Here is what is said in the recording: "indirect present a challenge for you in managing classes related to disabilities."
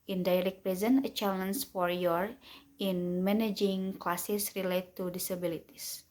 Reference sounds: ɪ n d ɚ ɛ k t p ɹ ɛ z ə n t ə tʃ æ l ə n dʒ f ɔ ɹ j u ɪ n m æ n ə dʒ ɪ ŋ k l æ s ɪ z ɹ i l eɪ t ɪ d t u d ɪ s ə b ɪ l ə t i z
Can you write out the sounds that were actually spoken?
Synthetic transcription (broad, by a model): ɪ n d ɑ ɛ k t p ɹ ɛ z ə n ə tʃ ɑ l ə n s f ɔ ɹ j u ɪ n m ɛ n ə dʒ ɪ ŋ k l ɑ s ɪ s ɹ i l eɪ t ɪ t u d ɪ s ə b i l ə t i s